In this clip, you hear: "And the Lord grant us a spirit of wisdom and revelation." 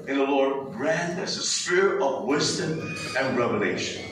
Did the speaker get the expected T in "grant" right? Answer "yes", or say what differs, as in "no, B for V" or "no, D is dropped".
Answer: no, T is dropped